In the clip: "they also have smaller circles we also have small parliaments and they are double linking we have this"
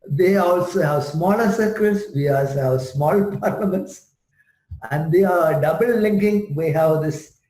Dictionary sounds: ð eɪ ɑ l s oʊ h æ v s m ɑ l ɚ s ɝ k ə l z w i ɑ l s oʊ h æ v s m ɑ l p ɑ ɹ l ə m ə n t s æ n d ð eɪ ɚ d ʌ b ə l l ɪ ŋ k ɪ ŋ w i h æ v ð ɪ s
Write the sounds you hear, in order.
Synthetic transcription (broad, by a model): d eɪ ɑ l s oʊ h æ v s m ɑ l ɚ s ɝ k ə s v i ɑ l s oʊ h æ v s m ɑ l p ɑ ɹ l ə m ə n t s æ n d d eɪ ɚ d ʌ b ə l l ɪ ŋ k ɪ ŋ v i h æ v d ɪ s